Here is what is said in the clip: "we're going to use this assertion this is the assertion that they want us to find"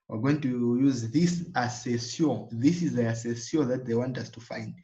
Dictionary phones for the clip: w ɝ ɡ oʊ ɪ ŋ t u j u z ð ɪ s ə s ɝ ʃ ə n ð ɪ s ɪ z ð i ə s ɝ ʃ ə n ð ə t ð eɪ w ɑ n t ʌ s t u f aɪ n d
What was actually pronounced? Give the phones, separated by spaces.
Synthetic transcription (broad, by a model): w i ɡ oʊ ɪ ŋ t u j u z ð ɪ s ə s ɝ s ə ð ɪ s ɪ z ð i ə s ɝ s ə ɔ ð ə t ð eɪ w ɑ n t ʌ s t u f aɪ n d